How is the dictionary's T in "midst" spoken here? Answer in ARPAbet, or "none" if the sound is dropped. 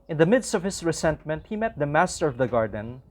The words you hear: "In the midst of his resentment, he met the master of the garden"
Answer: T